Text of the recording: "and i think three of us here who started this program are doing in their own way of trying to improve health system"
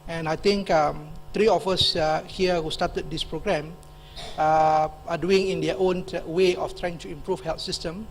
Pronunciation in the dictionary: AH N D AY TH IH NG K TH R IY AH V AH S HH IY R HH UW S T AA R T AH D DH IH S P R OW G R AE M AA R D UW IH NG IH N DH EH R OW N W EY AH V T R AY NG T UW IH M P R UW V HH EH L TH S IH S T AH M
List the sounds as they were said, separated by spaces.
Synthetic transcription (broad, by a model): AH N AY T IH NG K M R IY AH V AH S HH IY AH HH UW S T AA T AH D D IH S P R OW G R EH M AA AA D UW IH NG IH N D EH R OW N W EY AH F T R AY NG T UW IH M P R UW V HH EH L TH S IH S T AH M